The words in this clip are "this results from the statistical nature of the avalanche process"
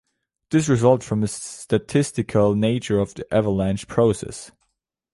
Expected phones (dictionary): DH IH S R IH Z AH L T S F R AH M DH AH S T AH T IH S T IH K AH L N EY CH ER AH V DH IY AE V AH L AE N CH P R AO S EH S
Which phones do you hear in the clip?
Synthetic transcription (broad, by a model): DH IH S R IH Z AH L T F R AH M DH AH S T AH T IH S T IH K AH L N EY CH ER AH V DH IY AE V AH L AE N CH P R AO S EH S